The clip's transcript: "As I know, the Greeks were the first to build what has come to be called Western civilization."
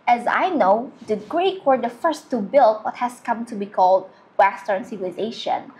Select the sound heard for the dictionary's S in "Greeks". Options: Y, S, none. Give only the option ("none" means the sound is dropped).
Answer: none